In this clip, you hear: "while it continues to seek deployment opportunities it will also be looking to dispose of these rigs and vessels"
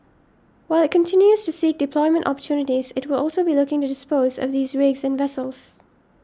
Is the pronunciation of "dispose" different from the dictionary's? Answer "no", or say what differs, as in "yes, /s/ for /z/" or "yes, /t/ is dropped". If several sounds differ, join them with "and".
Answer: no